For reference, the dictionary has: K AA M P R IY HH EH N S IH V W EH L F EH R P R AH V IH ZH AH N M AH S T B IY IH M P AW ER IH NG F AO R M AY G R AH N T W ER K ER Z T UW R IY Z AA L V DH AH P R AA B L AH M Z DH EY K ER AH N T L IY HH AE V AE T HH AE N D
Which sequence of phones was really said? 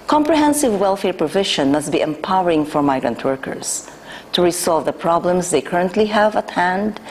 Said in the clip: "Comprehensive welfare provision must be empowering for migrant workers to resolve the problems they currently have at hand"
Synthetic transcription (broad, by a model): K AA M P R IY HH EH N S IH V W EH L F EH R P R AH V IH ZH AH N M AH S T B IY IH M P AW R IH NG F AO R M AY G R AH N T W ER K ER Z T UW R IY S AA L V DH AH P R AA B L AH M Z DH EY K ER AH N T L IY HH AE V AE T HH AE N D